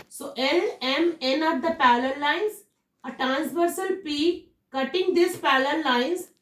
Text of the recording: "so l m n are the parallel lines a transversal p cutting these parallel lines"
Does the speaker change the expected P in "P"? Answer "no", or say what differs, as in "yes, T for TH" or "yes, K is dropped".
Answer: no